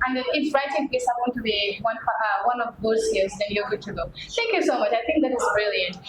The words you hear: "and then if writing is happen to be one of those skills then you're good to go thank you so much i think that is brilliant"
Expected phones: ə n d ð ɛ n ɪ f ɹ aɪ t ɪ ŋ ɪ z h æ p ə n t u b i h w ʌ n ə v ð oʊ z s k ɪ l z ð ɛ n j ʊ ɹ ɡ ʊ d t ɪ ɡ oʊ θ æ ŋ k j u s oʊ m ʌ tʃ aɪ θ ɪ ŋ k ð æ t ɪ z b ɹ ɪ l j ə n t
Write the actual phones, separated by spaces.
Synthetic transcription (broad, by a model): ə n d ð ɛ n ɪ f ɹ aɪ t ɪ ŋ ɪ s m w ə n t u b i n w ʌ n ə v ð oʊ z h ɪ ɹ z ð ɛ n j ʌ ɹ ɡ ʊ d t ɪ ɡ oʊ θ æ ŋ k j u s oʊ m ʌ tʃ aɪ θ ɪ ŋ k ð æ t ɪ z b ɹ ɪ l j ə n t